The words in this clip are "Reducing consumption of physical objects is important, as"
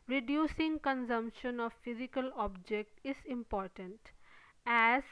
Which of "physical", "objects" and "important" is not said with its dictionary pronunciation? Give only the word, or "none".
objects